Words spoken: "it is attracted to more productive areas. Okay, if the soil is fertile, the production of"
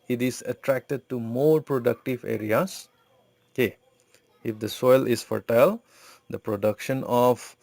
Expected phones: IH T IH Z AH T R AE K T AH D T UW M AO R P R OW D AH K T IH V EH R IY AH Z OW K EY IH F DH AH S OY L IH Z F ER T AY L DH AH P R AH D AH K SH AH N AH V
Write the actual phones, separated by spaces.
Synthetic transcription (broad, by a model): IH T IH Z AH T R AE K T AH D T UW M AO R P R OW D AH K T IH V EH R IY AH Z OW K EY IH F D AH S OY L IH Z F ER T AY L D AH P R AH D AH K SH AH N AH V